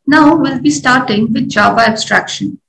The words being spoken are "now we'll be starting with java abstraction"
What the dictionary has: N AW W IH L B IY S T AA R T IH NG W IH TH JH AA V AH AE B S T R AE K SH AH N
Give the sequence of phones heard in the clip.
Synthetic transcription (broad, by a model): N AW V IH L B IY S T AA R T IH NG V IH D JH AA B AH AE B S T R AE K SH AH N